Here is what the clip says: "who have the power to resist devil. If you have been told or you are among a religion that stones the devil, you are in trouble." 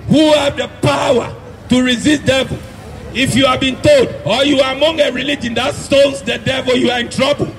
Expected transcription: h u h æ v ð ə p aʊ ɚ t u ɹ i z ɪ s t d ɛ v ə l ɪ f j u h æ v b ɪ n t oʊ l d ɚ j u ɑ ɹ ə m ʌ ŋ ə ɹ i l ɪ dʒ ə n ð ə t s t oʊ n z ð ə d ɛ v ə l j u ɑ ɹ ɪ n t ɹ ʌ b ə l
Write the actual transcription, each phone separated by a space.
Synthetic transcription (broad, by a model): h u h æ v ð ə p aʊ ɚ t u ɹ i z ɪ s t d ɛ v ə l ɪ f j u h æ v b ɪ n t oʊ l d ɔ j u ɑ ɹ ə m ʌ ŋ ə ɹ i l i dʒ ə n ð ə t s t oʊ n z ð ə d ɛ v ə l j u ɑ ɹ ɪ n t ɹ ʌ b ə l